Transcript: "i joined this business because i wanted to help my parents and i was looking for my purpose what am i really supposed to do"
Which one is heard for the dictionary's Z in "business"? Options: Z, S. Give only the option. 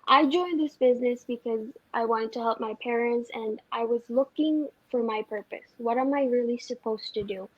Z